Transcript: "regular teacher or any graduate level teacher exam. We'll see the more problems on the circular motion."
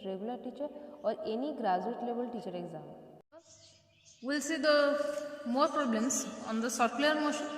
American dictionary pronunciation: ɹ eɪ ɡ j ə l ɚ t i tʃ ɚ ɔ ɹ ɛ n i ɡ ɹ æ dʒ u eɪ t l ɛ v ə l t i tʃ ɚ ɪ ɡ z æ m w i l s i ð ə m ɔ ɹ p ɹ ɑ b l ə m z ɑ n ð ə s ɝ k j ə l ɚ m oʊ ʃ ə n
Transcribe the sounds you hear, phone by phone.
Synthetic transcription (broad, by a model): ɹ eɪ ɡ j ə l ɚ t i tʃ ɚ ɔ ɹ ɛ n i ɡ ɹ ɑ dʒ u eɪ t l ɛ b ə l t i tʃ ɚ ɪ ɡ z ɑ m w i l s i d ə m ɔ ɹ p ɹ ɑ b l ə m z ɑ n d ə s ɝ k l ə ɚ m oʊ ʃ